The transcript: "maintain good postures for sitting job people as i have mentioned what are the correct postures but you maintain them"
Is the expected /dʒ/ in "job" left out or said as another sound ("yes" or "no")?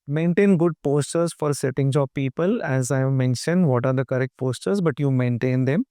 yes